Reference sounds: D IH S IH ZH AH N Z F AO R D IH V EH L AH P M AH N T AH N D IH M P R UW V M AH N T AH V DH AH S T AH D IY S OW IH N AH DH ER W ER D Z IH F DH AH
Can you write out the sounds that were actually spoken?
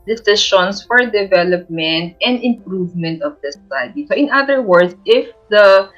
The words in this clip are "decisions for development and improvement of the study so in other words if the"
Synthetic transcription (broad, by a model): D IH S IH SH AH N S F AO R D IH V EH L AH P M AH N T AH N D IH M P R UW V M AH N T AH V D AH S S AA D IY S OW IH N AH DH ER W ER D S IH F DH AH